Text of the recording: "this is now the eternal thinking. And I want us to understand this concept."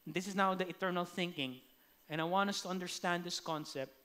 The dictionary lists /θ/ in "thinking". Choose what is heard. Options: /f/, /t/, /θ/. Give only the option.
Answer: /θ/